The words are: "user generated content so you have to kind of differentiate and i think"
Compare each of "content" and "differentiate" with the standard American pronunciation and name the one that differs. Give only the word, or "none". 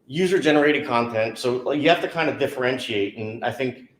none